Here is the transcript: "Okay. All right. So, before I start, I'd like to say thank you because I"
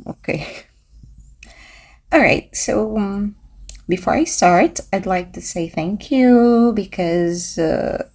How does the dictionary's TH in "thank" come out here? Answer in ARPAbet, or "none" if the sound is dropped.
TH